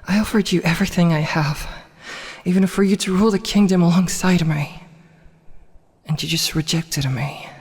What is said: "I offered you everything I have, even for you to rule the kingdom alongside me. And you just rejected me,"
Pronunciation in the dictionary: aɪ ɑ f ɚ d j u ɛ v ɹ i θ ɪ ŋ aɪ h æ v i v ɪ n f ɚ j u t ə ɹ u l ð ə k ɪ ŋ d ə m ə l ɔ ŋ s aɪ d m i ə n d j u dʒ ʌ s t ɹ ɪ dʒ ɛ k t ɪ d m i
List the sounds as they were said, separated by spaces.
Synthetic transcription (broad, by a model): aɪ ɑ f ɚ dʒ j ɛ v ɹ i θ ɪ ŋ aɪ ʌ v i v ɪ n f ɚ j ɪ t ə ɹ u l ð ə k ɪ ŋ d ə m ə l ɔ ŋ s aɪ d m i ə n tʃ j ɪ dʒ ʌ s t ɹ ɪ dʒ ɛ k t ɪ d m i